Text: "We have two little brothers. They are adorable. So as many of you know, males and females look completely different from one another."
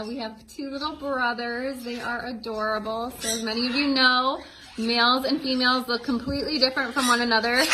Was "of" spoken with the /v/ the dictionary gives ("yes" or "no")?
yes